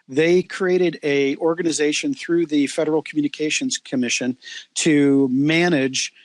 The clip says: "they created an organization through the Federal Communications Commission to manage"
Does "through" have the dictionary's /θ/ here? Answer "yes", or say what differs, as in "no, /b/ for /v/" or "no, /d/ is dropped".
yes